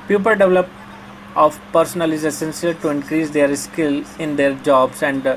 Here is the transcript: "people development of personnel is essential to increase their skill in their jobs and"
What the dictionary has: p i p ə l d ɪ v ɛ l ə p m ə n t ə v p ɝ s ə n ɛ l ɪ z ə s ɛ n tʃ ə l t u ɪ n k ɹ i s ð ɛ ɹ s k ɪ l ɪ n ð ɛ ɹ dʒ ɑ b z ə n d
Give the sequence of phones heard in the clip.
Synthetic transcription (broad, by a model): p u p ə l d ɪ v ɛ l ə p ə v p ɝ s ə n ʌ l ɪ z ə s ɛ n s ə l t u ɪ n k ɹ i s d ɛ ɹ s k ɪ l ɪ n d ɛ ɹ dʒ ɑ b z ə n d